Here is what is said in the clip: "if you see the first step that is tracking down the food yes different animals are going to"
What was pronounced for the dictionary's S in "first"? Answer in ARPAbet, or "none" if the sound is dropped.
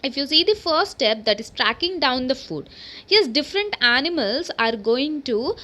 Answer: none